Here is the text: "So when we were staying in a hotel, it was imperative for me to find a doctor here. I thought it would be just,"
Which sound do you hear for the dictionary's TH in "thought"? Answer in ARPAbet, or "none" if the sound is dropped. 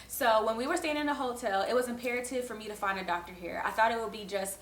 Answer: TH